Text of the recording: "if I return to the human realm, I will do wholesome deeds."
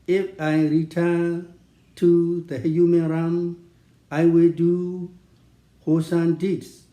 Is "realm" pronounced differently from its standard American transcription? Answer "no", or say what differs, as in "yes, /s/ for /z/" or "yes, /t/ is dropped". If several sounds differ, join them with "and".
yes, /l/ is dropped